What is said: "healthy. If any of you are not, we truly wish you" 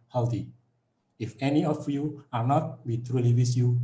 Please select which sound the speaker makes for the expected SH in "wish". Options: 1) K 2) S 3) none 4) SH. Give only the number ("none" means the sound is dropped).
2